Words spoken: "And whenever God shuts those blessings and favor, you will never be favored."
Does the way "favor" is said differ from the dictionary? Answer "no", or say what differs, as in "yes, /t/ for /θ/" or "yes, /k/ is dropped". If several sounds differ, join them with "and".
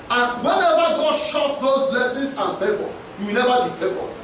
yes, /b/ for /v/